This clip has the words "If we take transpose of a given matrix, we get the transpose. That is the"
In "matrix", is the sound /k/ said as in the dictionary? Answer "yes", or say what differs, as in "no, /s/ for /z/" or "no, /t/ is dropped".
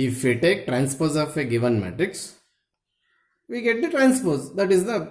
yes